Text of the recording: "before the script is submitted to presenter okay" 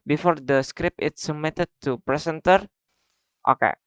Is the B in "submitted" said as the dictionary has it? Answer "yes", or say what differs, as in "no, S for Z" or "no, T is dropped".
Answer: no, B is dropped